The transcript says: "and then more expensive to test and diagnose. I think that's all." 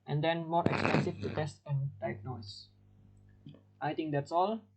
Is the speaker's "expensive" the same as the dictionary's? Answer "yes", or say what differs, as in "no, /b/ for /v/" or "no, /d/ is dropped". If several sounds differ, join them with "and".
no, /f/ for /v/